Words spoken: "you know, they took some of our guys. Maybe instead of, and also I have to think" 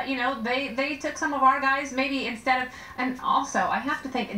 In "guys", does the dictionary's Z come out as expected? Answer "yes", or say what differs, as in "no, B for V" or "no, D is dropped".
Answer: yes